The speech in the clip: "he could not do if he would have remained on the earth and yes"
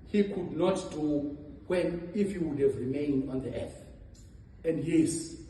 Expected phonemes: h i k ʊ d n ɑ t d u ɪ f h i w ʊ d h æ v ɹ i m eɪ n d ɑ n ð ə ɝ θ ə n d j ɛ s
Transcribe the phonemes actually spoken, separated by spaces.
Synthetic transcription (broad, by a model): h i k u d n ɑ t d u ɪ f h i w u d h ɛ v ɹ i m eɪ n d ɑ n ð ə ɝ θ ə n d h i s